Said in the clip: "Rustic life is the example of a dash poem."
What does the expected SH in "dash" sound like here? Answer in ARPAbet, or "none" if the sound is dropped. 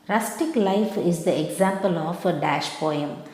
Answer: SH